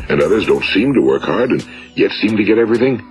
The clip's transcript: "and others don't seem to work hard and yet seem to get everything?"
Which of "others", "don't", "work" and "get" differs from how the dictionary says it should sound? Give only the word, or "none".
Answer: none